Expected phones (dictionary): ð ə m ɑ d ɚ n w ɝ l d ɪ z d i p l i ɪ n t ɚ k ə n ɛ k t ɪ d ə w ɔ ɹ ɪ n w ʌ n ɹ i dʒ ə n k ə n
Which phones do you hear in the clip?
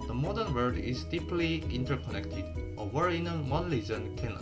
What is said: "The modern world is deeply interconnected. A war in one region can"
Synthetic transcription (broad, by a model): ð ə m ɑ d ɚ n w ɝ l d ɪ z d i p l i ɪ n t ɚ k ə n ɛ k t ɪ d ə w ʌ ɹ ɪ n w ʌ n l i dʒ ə n k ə n